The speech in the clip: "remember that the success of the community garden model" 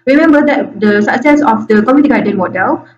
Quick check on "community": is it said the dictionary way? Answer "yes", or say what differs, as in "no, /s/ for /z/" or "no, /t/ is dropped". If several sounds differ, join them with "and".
no, /n/ is dropped